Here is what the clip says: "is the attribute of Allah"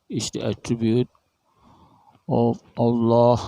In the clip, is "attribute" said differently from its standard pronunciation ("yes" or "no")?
no